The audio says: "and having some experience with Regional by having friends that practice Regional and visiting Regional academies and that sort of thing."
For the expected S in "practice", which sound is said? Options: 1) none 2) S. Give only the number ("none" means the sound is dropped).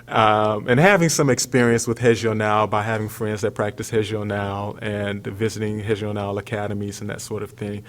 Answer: 2